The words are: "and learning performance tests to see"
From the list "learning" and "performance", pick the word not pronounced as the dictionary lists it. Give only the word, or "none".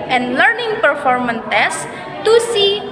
performance